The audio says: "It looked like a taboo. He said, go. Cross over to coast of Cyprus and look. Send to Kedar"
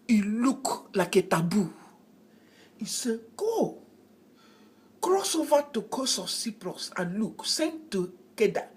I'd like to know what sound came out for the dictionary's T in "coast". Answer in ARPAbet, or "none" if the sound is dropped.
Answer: none